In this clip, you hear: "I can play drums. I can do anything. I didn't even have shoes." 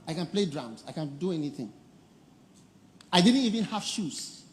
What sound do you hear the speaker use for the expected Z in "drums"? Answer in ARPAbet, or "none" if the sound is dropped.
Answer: S